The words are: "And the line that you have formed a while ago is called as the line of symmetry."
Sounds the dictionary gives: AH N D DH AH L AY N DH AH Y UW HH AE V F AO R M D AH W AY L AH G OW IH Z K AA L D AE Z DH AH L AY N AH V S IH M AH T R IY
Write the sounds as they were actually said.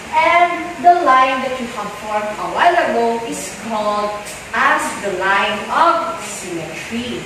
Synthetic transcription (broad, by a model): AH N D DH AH L AY N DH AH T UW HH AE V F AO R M AH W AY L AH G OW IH S K AA L D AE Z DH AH L AY N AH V S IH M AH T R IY